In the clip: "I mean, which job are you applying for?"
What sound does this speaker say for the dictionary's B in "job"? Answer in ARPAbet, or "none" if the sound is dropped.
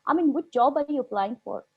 B